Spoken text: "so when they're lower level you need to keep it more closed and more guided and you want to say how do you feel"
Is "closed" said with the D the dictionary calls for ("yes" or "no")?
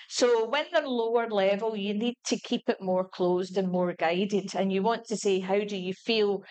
yes